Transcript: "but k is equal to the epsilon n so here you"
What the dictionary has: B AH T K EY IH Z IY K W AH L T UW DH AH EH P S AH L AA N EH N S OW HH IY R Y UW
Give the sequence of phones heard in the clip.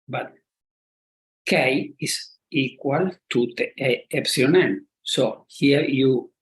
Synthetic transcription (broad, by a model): B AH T K EY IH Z IY K W AH L T UW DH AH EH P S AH AA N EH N S OW HH IY R Y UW